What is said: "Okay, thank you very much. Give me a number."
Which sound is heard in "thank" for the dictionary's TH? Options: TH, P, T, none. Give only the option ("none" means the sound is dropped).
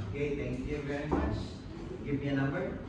T